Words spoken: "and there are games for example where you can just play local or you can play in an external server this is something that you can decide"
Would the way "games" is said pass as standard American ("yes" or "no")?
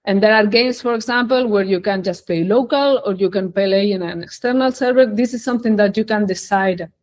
no